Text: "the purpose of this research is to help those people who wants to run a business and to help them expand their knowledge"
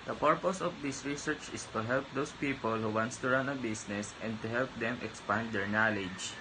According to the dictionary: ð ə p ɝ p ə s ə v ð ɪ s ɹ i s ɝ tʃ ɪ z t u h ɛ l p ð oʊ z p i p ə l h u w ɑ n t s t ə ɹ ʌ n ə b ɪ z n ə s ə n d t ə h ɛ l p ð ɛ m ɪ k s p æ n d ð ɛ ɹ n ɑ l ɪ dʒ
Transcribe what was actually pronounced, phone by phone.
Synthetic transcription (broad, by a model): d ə p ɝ p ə s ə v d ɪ s ɹ i s ɝ tʃ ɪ s t u h ɛ l p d oʊ s p i p ə l h u w ɑ n t s t ə ɹ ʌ n ə b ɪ s n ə s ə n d t ə h ɛ l p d ɛ m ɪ k s p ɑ n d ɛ ɹ n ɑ l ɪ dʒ